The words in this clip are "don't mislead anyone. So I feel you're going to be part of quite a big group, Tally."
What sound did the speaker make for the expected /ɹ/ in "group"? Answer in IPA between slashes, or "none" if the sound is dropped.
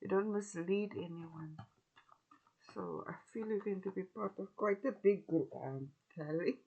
none